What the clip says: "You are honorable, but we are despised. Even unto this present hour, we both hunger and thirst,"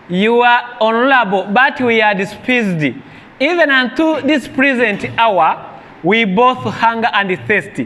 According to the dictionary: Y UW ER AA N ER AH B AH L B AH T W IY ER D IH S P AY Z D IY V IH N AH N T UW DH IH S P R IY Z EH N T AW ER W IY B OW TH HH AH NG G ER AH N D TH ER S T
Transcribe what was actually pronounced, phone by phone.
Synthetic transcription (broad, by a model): Y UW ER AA N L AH B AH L B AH T W IY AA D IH S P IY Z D IY V IH N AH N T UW DH IH S P R IY Z EH N T AW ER W IY B OW TH HH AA NG G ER AH N D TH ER S T